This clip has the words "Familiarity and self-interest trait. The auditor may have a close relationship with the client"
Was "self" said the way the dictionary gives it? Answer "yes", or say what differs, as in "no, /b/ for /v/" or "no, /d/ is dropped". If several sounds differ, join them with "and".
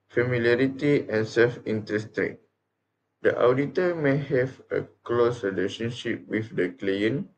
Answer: yes